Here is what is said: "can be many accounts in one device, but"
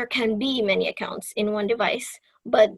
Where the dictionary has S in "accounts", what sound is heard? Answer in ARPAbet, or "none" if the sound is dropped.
S